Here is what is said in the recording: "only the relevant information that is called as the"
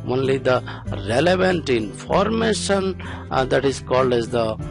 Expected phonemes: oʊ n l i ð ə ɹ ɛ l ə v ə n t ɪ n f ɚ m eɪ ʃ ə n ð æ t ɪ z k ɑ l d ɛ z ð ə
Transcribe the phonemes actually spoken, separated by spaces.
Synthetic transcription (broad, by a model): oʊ n l i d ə ɹ ɛ l ə v ə n t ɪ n f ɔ m eɪ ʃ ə n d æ t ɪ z k ɑ l d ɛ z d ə